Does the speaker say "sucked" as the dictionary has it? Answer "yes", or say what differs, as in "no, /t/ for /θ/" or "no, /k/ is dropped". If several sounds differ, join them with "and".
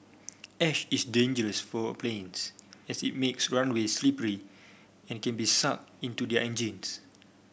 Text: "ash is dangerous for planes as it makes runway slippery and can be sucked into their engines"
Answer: no, /t/ is dropped